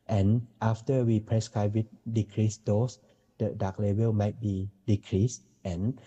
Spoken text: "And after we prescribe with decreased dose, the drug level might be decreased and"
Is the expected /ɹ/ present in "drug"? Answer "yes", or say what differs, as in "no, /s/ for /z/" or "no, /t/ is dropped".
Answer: no, /ɹ/ is dropped